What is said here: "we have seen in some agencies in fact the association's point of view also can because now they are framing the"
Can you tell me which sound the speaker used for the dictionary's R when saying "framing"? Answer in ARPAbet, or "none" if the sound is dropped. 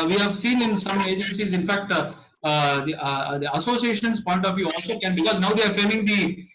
none